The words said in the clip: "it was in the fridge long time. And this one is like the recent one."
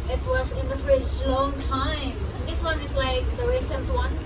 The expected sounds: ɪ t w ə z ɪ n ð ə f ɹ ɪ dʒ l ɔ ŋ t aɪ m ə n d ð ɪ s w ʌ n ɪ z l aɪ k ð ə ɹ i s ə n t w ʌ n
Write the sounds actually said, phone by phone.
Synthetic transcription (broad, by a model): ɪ t w ə z ɪ n ð ə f ɪ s l ɔ ŋ t aɪ m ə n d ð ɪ s w ʌ n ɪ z l aɪ k ð ə ɹ i s ə n t w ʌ n